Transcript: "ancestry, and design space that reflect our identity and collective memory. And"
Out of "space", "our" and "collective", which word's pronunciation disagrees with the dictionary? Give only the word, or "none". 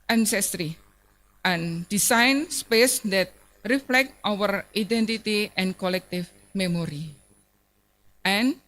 collective